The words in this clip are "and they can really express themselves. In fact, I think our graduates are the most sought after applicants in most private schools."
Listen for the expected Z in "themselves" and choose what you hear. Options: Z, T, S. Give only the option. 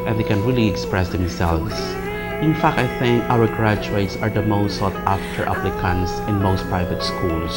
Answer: S